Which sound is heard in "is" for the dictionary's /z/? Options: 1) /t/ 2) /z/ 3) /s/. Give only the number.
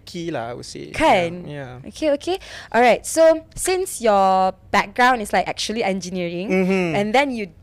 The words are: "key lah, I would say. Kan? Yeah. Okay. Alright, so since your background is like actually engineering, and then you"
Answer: 3